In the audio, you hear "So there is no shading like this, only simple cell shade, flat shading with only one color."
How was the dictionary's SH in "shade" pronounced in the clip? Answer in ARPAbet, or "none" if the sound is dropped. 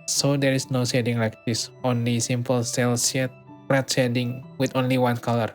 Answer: S